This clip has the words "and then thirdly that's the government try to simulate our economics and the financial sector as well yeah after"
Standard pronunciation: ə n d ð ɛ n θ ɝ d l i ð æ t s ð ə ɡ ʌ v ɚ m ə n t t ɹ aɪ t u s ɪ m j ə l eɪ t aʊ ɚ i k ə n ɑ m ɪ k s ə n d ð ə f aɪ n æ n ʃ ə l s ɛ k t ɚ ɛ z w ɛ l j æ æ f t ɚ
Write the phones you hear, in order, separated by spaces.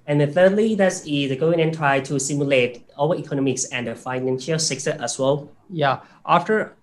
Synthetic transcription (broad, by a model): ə n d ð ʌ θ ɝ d l i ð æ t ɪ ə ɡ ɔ ɚ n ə n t t ɹ aɪ t u s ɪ m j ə l eɪ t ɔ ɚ i k ə n ɑ m ɪ k s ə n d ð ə f aɪ n æ n ʃ ə l s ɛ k s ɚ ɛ s w ɛ l j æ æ f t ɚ